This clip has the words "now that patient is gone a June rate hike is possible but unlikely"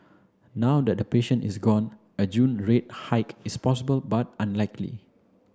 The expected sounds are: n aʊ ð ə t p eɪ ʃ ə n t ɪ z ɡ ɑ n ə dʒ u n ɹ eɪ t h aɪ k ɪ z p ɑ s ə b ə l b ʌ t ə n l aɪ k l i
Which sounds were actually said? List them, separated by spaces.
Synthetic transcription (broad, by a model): n aʊ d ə t p eɪ ʃ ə n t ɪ s ɡ ɑ n ə dʒ u n ɹ eɪ t h aɪ k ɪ s p ɑ s ə b ə l b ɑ t ə n l aɪ k l i